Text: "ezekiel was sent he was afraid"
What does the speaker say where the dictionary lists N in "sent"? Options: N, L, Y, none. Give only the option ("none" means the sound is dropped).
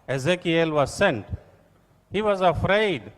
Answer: N